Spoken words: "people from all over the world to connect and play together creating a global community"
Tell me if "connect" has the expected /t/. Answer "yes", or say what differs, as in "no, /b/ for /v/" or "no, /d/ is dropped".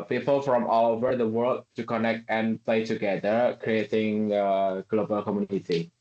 yes